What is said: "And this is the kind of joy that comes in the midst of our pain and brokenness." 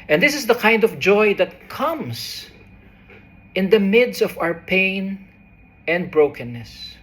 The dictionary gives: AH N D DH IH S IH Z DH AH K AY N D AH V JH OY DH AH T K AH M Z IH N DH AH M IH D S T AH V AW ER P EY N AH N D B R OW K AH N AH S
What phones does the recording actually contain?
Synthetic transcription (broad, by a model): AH N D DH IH S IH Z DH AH K AY N D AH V JH OY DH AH T K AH M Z IH N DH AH M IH D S AH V AW ER P EY N AH N D B R OW K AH N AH S